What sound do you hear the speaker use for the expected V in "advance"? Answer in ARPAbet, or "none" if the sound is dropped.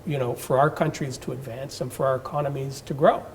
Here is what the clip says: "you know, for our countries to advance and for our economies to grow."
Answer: V